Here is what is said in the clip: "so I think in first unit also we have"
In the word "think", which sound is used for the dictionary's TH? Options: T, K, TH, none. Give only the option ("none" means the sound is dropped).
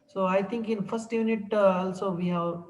T